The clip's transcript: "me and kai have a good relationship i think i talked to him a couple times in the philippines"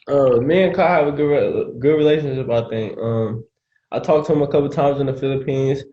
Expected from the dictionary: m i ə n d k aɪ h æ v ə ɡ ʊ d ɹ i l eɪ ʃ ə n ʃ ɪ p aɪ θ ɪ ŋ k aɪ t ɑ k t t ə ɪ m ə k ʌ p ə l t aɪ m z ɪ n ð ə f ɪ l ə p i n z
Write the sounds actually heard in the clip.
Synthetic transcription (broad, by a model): m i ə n k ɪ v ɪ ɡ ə ɡ ʊ d ɹ i l eɪ ʃ ə n ʃ ɪ p aɪ θ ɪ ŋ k aɪ t ɑ k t t ə ɪ m ə k ʌ p l t aɪ m z ɪ n ð ə f ɪ l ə p i n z